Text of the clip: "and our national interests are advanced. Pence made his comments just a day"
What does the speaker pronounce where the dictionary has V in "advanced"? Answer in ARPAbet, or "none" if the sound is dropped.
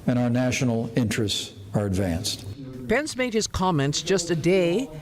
V